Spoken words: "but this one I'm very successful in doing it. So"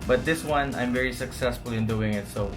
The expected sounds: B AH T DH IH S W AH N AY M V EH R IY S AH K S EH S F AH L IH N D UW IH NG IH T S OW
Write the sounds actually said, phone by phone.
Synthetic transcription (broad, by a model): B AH T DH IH S W AH N AY M V EH R IY S AH K S EH S F AH L IH N D UW IH NG IH T S OW